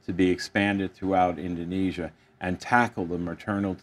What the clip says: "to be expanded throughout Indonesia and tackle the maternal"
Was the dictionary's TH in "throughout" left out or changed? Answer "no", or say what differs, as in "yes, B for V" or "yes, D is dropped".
no